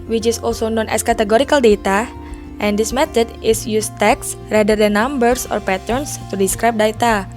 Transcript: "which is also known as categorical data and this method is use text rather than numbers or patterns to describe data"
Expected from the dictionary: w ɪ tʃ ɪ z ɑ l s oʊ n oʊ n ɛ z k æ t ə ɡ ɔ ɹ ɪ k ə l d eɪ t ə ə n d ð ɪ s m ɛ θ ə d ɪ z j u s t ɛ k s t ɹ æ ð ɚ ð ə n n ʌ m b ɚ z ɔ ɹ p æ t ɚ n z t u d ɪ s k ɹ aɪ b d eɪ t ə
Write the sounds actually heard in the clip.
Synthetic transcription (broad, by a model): w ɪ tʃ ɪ s ɑ l s oʊ n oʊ n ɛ s k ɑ t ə ɡ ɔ ɹ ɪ k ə l d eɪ t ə ə n d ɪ s m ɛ t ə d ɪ s j u s t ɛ k s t ɹ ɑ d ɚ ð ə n n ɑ m b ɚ s ɔ ɹ p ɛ t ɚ n s t u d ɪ s k ɹ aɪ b d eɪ t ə